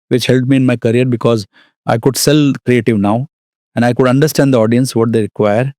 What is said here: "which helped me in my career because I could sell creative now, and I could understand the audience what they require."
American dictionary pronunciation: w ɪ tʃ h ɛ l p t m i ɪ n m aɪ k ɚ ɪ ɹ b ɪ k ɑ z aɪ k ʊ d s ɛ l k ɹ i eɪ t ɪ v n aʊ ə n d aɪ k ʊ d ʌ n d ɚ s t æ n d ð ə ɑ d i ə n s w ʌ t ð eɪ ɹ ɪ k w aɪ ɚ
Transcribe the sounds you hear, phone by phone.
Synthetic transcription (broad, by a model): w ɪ tʃ h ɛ l t m i ɪ n m aɪ k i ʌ ɹ b ɪ k ɑ z aɪ k ʊ d s ɛ l k ɹ i eɪ t ɪ v n aʊ ə n d aɪ k ʊ d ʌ n d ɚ s t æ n d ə ɑ d i ə n s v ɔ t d eɪ ɹ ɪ k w aɪ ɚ